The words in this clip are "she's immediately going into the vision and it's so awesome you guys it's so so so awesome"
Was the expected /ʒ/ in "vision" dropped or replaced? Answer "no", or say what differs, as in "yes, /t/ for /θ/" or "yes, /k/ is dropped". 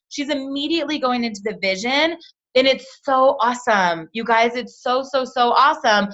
no